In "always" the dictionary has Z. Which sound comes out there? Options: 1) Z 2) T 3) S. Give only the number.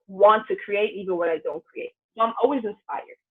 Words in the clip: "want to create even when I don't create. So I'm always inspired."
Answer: 1